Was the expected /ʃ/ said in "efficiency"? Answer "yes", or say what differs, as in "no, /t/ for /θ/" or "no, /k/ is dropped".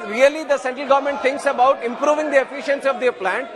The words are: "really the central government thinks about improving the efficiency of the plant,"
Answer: yes